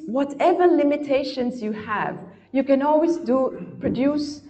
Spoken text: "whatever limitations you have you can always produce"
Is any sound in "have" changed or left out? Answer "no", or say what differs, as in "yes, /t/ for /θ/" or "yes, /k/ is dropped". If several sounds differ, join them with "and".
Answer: no